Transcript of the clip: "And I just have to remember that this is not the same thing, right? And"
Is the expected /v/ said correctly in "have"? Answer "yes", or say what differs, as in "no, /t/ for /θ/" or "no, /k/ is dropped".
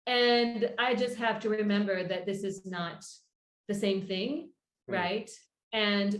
no, /f/ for /v/